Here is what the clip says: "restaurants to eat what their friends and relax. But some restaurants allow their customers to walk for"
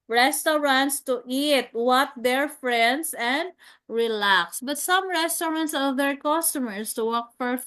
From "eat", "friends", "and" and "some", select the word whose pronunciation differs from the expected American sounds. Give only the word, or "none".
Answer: friends